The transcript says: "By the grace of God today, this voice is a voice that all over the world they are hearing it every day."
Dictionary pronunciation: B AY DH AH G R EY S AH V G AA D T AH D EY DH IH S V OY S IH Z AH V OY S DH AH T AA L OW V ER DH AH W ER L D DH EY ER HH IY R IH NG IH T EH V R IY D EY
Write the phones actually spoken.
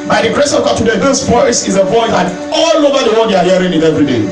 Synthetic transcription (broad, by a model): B AY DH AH G R EY S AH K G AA T AH D EY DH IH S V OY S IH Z AH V OY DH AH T AA L OW V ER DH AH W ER D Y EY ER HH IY R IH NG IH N EH V R IY D EY